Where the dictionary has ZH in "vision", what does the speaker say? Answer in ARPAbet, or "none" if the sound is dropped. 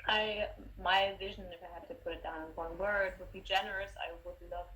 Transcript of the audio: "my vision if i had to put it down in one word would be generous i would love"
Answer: ZH